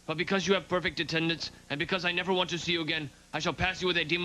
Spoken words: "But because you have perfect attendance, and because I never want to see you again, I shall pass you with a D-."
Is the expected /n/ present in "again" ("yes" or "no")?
yes